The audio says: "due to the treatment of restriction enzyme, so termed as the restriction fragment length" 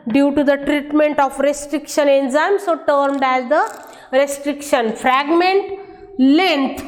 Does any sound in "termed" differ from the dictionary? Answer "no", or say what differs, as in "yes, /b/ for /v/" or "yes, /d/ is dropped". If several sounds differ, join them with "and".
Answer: no